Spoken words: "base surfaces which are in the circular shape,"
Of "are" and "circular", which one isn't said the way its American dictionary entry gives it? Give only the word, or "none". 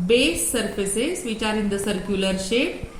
none